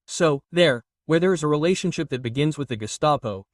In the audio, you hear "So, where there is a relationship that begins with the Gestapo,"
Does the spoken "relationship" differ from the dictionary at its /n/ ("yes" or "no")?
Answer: no